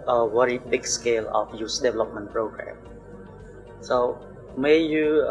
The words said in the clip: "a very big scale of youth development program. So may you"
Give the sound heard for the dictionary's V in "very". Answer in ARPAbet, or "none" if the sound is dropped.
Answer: W